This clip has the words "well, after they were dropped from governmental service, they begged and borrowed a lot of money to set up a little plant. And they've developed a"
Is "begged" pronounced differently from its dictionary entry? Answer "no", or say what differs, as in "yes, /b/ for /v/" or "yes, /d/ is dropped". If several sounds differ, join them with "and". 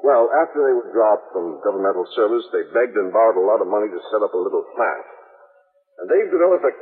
no